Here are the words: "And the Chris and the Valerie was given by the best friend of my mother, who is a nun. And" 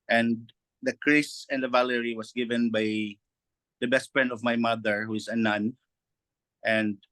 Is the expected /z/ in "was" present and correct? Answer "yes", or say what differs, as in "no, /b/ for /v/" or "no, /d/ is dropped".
no, /s/ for /z/